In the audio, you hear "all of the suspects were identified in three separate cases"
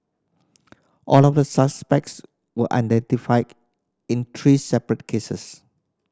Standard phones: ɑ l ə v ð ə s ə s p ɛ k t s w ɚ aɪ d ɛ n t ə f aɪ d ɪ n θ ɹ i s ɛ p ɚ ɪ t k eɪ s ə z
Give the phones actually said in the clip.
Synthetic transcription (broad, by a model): ɑ l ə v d ə s ə s p ɛ k t s w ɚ aɪ d ɛ n t ə f aɪ d ɪ n t ɹ i s ɛ p ɚ ɪ t k eɪ s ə s